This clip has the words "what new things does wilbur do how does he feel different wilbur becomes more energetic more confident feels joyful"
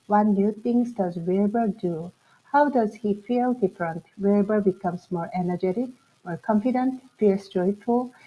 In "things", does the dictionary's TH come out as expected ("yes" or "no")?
no